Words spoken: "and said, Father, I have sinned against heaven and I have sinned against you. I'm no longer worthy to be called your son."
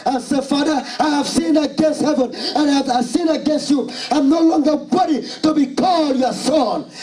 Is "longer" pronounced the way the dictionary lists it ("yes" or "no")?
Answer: yes